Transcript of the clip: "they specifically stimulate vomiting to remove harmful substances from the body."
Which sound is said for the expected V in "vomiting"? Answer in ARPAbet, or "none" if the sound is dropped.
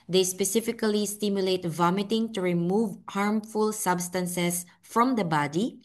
V